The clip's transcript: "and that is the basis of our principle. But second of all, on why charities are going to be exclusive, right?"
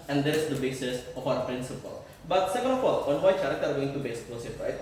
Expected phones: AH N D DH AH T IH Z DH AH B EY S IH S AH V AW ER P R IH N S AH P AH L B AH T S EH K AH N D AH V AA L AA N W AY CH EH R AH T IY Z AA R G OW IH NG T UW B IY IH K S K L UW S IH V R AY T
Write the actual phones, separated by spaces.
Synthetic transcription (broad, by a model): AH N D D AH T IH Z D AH B EY S IH S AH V AW ER P R IH N S AH P AH L B AH T S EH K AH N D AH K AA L AA N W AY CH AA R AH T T AA R G OW IH NG T UW B IY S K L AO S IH P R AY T